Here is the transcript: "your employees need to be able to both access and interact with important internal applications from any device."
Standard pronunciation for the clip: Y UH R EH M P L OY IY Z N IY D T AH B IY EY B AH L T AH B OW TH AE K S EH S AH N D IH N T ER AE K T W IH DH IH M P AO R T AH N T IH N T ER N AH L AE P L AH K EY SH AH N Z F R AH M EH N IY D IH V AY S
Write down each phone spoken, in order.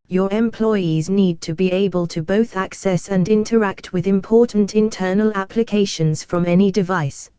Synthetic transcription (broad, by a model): Y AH R EH M P L OY IY Z N IY D T AH B IY EY B AH L T AH B OW TH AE K S EH S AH N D IH N T ER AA K T W IH DH IH M P AO T N T IH N T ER N AH L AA P L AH K EY SH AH N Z F R AH M EH N IY D IH V AY S